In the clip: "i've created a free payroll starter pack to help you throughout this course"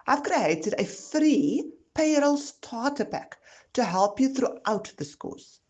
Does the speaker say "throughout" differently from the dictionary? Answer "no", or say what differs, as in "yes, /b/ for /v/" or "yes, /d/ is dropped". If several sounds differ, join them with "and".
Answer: no